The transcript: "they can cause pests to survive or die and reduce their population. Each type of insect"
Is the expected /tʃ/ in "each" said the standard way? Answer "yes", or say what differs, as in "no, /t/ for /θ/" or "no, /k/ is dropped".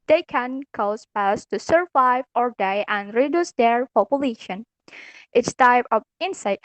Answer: no, /s/ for /tʃ/